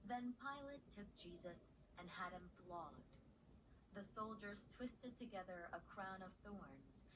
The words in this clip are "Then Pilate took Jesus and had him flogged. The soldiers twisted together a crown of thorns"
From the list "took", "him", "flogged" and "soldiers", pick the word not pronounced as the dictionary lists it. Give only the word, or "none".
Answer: none